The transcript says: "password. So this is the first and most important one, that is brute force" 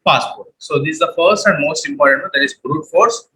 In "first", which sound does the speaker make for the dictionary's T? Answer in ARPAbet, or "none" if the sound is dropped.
T